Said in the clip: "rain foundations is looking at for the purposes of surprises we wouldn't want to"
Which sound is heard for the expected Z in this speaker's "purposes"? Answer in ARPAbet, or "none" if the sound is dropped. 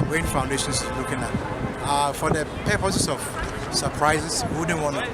S